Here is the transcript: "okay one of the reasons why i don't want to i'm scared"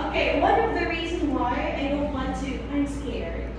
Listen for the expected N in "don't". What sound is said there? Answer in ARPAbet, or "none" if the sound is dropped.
L